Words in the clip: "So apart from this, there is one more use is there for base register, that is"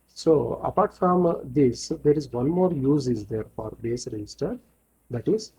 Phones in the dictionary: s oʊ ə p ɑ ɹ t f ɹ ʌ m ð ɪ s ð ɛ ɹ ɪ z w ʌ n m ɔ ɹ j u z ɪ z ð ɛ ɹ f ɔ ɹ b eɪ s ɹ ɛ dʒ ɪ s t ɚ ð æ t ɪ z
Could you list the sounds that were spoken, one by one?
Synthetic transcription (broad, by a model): s oʊ ə p ɑ ɹ t f ɹ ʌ m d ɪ s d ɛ ɹ ɪ z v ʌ n m ɔ ɹ j u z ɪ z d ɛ ɹ f ɔ ɹ b eɪ s ɹ ɛ dʒ ɪ s t ɚ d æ t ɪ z